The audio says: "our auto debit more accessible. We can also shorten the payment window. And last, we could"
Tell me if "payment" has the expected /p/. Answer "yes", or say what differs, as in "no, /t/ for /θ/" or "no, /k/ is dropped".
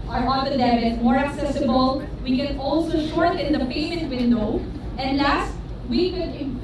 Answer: yes